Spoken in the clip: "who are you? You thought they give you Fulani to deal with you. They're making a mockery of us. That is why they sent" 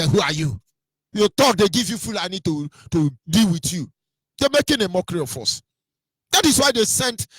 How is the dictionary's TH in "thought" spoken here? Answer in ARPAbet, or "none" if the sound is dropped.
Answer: T